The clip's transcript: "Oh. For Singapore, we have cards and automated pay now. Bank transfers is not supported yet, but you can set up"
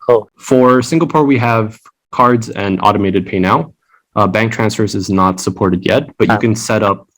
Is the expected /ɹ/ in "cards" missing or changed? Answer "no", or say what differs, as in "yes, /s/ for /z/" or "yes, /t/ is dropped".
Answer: no